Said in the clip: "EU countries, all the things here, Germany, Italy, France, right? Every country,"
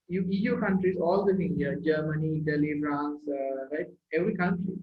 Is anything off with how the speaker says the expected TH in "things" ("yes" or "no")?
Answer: yes